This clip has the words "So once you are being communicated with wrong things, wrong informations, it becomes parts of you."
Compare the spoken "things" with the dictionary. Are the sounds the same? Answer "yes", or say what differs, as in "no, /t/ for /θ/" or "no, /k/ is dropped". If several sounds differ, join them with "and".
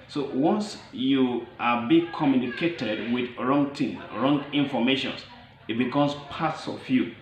no, /z/ is dropped